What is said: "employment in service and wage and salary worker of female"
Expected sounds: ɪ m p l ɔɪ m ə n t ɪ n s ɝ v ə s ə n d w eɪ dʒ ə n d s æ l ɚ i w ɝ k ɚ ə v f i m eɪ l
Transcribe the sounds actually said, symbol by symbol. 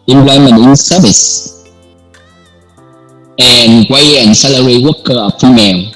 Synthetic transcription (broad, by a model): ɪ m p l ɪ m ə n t ɪ n s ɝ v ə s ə n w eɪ ə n s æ l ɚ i w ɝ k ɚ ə f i m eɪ l